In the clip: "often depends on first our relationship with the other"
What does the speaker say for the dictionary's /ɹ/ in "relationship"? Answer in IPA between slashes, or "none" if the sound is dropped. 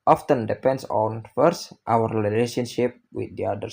/l/